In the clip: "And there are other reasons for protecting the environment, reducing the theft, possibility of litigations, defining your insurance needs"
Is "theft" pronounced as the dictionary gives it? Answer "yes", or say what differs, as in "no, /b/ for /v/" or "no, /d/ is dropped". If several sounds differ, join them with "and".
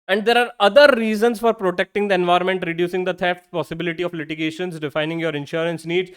no, /t/ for /θ/ and /f/ is dropped